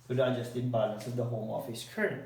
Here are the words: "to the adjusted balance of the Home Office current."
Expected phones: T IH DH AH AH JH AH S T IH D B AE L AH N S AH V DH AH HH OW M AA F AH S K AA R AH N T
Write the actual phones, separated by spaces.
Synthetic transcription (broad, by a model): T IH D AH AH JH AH S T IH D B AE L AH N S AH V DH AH HH OW M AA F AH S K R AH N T